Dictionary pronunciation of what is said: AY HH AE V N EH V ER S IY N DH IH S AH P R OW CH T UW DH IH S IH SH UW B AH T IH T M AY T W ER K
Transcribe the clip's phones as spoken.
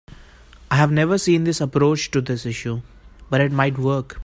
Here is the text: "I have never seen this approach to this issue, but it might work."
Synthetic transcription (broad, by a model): AY HH AE V N EH V ER S IY N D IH S AH P R OW CH T UW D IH S IH SH UW B AH T IH T M AY T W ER K